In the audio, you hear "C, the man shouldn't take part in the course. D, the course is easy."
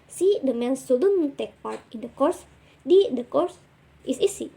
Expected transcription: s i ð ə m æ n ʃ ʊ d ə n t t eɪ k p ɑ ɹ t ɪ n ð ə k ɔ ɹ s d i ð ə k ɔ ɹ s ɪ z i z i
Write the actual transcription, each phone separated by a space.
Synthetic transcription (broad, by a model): s i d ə m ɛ n s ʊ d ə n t t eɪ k p ɑ ɹ t ɪ n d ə k ɔ ɹ s d i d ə k ɔ ɹ s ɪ s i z i